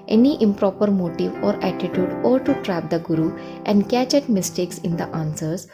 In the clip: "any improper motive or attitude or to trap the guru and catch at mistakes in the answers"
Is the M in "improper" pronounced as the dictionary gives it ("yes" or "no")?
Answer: yes